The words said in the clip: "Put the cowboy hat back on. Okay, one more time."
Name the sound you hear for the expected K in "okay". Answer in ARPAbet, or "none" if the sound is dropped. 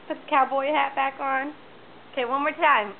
K